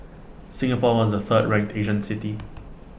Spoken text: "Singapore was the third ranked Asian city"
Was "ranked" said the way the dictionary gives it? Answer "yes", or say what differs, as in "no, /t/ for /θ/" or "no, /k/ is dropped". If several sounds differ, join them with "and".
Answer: no, /ŋ/ is dropped